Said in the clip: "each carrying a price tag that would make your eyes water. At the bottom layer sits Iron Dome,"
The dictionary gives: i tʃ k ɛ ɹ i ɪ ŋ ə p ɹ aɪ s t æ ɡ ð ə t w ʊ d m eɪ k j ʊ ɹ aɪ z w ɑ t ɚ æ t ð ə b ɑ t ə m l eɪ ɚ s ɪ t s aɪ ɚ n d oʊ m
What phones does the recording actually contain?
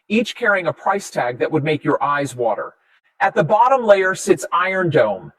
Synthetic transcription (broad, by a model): i tʃ k ɛ ɹ i ɪ ŋ ə p ɹ aɪ s t æ ɡ ð ə t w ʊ d m eɪ k j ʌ ɹ aɪ z w ɑ t ɚ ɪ t ð ə b ɑ t ə m l eɪ ɚ s ɪ t s aɪ ɚ n d oʊ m